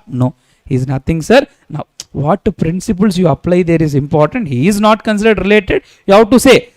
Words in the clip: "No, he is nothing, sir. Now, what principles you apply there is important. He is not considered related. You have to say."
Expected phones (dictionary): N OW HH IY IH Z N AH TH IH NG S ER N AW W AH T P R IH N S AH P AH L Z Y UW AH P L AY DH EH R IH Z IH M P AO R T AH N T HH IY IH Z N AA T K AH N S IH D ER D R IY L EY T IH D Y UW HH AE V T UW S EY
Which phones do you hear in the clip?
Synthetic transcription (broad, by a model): N OW HH IY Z N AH T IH NG S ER N AW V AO T P R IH N S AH P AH L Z Y UW AH P L AY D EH R IH Z IH M P AO R T AH N T HH IY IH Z N AA T K AH N S IH D ER D R IY L EY T IH D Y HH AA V T UW S EY